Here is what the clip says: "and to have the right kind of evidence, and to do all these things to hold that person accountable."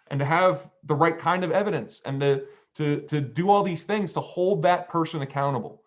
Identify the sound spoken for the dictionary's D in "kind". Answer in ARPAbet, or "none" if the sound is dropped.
D